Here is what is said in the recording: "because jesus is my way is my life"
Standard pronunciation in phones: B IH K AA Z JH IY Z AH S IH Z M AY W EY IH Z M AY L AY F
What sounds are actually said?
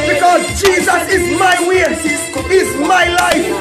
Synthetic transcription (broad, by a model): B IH K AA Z JH IY Z AH S IH Z M AY W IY IH Z M AY L AY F